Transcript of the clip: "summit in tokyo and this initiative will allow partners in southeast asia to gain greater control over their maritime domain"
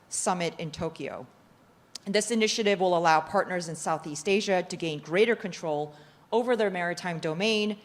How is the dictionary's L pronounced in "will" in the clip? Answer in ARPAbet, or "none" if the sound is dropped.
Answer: L